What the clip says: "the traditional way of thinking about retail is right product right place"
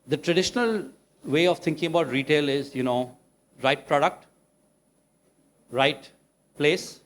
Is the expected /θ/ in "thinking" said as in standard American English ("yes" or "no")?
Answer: no